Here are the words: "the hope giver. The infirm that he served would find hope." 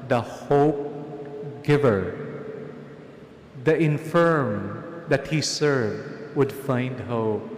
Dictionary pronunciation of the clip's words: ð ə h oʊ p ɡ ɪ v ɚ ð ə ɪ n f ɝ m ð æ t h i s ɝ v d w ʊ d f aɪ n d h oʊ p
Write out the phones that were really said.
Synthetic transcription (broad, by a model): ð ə h oʊ p ɡ ɪ v ɚ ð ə ɪ n f ɝ m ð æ t h i s ɝ v d w ʊ d f aɪ n d h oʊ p